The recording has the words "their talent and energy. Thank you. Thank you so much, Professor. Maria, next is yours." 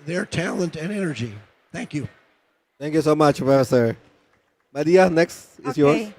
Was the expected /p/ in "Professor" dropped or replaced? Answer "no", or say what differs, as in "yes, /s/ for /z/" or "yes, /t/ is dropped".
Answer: yes, /f/ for /p/